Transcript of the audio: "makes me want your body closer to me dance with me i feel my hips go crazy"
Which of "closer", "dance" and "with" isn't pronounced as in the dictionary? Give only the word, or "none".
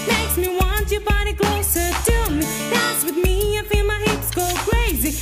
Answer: dance